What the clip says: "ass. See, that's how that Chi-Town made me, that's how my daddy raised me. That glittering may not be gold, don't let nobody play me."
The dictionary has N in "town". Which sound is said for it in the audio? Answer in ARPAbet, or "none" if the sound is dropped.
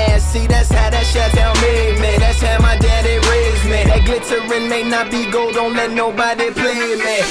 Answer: L